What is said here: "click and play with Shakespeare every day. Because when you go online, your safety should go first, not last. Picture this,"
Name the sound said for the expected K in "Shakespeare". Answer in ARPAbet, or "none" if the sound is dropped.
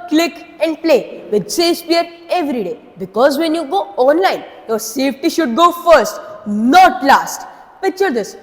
none